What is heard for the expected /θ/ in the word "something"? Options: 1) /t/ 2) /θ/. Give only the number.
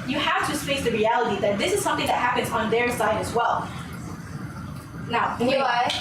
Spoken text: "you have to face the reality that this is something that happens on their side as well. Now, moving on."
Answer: 2